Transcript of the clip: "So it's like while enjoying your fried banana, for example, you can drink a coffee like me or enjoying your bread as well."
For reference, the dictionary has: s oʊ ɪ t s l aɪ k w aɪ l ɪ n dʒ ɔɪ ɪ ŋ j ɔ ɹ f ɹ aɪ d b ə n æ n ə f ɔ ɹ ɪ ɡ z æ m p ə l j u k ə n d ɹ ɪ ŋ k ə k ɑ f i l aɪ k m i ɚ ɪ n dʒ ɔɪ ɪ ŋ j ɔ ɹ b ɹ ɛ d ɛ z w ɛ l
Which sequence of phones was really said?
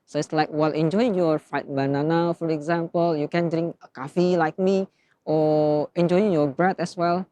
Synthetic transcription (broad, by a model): s oʊ ɪ t s l aɪ k w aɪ l ɪ n dʒ ɔɪ ɪ ŋ j ɔ ɹ f aɪ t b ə n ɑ n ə f ɔ ɹ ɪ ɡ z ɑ m p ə l j u k ə n d ɹ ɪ ŋ k ə k ɑ f i l aɪ k m i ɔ ɪ n dʒ ɔɪ ɪ ŋ j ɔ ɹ b ɹ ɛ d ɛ s w ɛ l